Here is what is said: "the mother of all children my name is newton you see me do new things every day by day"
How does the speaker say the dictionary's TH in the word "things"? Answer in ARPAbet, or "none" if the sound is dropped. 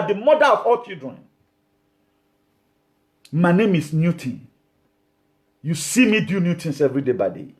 T